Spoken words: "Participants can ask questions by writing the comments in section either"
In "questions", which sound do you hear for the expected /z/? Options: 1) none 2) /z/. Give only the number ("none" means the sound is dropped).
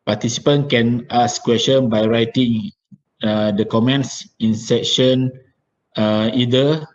1